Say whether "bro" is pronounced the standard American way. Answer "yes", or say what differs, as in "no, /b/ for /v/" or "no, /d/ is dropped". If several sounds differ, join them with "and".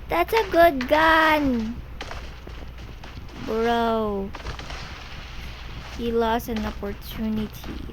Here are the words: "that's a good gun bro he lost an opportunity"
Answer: yes